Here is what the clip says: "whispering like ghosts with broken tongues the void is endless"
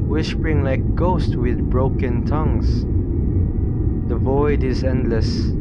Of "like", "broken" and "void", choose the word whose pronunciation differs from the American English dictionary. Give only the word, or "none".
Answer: none